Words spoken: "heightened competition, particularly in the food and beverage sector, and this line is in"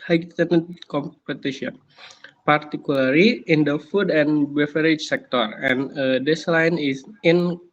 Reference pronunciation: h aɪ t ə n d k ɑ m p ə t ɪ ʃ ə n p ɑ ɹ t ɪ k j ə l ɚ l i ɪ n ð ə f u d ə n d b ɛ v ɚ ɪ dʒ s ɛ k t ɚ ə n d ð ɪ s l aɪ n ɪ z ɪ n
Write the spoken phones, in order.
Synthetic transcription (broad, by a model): h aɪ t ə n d k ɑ m p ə t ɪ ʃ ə n p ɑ ɹ t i k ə l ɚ l i ɪ n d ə f u d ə n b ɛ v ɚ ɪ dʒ s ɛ k t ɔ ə n d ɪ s l aɪ n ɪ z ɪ n